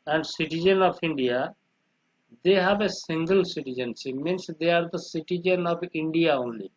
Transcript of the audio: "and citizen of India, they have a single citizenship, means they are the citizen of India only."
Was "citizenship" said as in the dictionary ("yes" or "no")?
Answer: no